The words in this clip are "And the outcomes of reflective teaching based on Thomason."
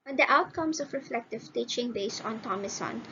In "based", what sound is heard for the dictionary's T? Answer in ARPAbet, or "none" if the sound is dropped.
none